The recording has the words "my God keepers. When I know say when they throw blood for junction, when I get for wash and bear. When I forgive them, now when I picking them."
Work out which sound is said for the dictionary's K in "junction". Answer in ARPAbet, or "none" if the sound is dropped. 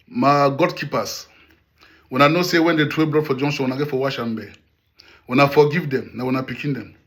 none